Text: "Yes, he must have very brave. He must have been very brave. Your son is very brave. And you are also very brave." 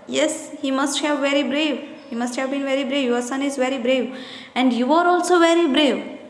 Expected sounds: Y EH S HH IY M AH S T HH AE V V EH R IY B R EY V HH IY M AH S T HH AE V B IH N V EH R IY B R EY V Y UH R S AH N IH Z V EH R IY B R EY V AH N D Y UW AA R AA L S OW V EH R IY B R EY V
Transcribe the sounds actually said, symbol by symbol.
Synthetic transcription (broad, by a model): Y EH S HH IY M AH S T HH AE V V EH R IY B R EY V HH IY M AH S T HH AE V B IH N V EH R IY B R EY V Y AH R S AH N IH Z V EH R IY B R EY V AH N D Y UW AA R AA L S OW V EH R IY B R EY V